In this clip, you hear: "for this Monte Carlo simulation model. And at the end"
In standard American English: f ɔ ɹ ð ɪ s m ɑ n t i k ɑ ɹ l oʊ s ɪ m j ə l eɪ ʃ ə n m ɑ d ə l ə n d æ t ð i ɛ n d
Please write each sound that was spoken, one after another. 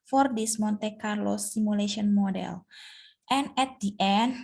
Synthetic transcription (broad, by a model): f ɔ ɹ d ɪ s m ɑ n t i k ɑ ɹ l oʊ s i m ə l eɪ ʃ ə n m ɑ d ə l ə n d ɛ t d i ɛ n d